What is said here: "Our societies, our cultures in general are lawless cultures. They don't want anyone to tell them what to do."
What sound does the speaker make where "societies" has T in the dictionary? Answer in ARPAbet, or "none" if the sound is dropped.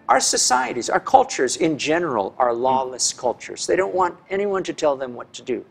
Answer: T